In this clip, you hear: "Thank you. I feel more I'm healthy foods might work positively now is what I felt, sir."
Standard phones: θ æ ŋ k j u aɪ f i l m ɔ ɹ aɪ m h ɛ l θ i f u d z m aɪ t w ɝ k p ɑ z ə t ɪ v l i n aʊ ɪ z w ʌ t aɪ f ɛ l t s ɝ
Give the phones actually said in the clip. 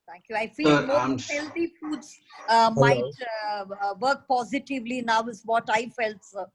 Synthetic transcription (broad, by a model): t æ ŋ k j u aɪ f i l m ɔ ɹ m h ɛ l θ i f u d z m aɪ t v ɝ k p ɑ z ə t ɪ v l i n aʊ ɪ z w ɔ t aɪ f ɛ l t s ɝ